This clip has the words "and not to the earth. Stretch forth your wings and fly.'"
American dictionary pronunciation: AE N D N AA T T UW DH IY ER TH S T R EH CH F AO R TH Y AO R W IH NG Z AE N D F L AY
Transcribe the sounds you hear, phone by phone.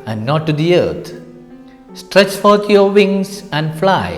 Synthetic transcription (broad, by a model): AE N D N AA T T UW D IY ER T S T R EH CH F AO R T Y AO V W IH NG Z AE N D F L AY